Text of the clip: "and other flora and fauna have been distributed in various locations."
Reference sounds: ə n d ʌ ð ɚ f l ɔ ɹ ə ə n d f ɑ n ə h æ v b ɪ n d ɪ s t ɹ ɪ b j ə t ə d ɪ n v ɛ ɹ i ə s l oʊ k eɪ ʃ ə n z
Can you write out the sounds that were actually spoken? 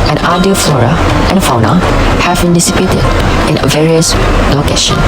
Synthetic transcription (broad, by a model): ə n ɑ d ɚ f l ɔ ɹ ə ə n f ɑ n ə h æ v b ɪ n d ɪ s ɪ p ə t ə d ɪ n v ɛ ɹ i ə s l oʊ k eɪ ʃ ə n